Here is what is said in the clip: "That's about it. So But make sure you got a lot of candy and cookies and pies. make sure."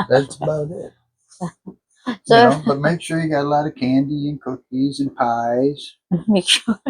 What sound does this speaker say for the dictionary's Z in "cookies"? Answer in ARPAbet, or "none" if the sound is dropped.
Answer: Z